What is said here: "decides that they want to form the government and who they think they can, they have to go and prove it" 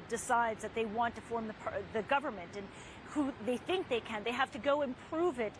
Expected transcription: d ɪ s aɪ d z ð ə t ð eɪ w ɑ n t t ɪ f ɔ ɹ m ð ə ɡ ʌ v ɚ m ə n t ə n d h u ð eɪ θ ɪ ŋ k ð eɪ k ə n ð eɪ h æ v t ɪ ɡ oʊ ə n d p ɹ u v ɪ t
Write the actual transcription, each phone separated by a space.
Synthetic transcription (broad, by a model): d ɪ s aɪ d z ð ə t ð eɪ w ɑ n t t ɪ f ɔ ɹ m ð ə ɡ ʌ v ɚ m ə n t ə n h u ð eɪ θ ɪ ŋ k ð eɪ k ə n ð eɪ h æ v t ɪ ɡ oʊ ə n p ɹ u v ɪ t